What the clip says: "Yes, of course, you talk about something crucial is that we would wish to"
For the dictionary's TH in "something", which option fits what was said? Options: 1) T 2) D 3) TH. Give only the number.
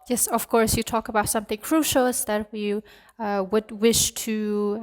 3